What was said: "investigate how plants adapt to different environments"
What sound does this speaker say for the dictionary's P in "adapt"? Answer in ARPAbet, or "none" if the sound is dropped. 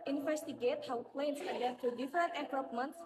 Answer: none